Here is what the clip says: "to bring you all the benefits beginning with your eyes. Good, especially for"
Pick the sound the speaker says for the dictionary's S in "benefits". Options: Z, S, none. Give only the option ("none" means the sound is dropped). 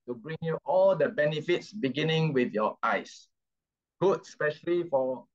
S